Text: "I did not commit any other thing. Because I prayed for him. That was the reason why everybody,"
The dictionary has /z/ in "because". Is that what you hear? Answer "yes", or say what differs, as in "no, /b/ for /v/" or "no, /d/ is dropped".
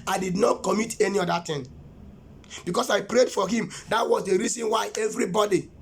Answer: no, /s/ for /z/